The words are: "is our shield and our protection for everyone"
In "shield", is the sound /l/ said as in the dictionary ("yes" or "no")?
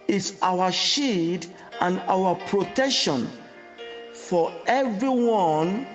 no